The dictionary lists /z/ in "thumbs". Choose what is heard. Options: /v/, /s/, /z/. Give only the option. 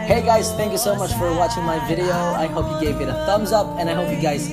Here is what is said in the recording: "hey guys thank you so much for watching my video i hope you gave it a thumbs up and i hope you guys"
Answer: /z/